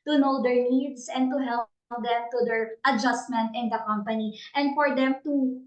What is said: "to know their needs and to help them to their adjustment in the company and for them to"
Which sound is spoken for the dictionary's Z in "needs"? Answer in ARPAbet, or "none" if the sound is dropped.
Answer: S